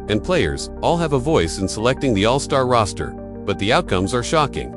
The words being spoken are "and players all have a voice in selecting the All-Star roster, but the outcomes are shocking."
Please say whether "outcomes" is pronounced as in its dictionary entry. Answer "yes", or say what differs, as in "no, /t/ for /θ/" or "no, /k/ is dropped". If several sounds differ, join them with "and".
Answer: yes